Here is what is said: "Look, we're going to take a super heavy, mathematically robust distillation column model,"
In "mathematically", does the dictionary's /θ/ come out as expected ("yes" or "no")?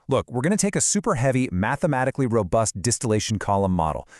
yes